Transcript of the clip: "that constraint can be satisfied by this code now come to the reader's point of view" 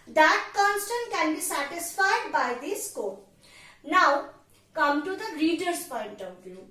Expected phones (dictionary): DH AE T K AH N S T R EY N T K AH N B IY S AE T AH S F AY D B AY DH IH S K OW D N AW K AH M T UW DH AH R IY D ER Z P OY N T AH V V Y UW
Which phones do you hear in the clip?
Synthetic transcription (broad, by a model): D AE T K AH N S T AH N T K AH N B IY S AE T AH S F AY D B AY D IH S K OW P N AW K AH M T UW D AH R IY D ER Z P OY N T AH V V Y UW